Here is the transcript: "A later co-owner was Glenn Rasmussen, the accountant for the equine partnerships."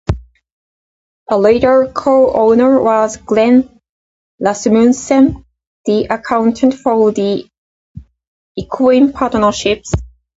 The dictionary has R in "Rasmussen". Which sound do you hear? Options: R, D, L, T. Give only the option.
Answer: L